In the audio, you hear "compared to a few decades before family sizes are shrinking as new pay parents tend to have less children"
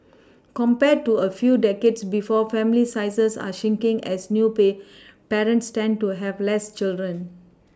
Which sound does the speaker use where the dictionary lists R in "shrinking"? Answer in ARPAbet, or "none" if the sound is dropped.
none